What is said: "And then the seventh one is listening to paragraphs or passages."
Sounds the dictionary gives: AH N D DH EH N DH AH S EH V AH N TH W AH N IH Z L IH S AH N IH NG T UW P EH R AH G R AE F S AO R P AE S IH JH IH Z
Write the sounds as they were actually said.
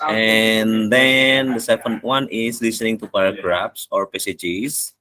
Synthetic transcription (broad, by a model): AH N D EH N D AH S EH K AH N T W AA N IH S L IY S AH N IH NG T UW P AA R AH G R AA P S AO R P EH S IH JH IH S